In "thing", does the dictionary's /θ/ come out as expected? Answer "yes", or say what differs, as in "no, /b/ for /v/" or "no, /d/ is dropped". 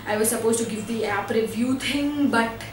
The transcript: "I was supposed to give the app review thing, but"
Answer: no, /t/ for /θ/